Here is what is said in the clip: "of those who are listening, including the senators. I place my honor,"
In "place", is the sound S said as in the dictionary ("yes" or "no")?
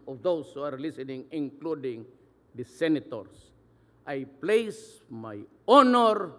yes